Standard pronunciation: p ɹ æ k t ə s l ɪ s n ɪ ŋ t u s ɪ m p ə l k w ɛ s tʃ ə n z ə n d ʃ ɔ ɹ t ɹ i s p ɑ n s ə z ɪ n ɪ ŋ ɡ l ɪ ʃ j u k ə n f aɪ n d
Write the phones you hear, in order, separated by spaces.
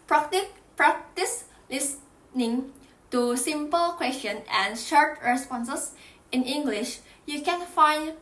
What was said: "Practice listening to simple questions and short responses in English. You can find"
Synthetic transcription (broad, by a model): p ɹ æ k t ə s l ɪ s n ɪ ŋ t u s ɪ m p ə l k w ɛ s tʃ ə n ə n ʃ ɔ ɹ t ɹ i s p ɑ n s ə s ɪ n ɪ ŋ ɡ l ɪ ʃ j u k ə n f aɪ n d